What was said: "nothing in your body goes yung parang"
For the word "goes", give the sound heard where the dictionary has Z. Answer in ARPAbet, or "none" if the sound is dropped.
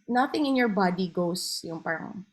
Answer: S